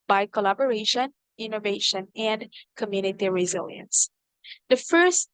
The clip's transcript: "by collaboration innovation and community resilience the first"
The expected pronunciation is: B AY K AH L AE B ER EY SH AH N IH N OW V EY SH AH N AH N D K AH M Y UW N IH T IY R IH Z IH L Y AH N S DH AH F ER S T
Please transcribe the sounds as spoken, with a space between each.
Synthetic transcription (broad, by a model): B AY K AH L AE B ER EY SH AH N IH N OW V EY SH AH N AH N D K AH M Y UW N IH T IY R IH Z IH L Y AH N S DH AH F ER S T